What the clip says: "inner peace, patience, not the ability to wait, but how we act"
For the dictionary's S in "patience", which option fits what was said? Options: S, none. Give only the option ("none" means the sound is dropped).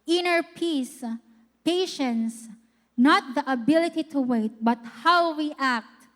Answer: S